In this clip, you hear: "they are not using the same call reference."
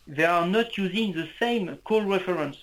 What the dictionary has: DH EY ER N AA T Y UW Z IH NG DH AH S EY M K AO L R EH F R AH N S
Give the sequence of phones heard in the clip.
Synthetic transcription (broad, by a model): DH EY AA N AA T Y UW Z IH NG DH AH S EY M K AO L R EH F R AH N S